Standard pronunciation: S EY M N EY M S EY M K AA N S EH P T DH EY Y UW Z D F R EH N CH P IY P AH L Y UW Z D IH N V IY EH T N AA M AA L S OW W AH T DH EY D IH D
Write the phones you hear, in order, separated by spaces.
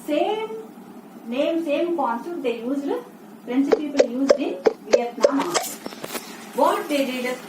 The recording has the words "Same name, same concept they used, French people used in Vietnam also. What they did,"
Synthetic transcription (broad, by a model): S EY M N EY M S EY M K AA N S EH T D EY Y UW Z D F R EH N S P IY P AH L Y UW Z D IH N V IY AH T N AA M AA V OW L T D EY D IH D